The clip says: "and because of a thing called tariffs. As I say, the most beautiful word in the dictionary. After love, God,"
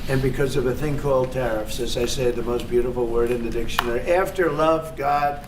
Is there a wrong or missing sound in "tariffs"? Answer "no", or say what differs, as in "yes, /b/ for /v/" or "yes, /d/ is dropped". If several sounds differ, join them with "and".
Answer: no